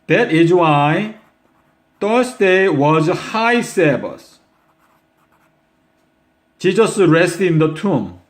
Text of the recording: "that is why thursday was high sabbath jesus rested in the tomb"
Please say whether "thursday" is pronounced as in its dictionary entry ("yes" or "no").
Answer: no